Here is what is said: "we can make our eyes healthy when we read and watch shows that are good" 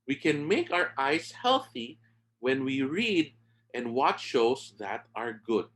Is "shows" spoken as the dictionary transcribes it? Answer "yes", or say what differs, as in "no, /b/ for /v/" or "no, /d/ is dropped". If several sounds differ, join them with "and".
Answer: no, /s/ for /z/